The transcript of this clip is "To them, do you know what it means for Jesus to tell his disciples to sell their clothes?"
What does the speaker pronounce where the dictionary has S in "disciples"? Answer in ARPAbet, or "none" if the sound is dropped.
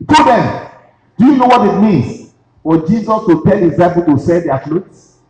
none